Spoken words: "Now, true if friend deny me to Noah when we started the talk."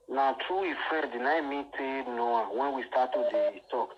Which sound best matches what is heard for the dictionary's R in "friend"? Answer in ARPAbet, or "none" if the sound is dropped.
none